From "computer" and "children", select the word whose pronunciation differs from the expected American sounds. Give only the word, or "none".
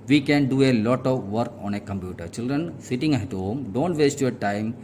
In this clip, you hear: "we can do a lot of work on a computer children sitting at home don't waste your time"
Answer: none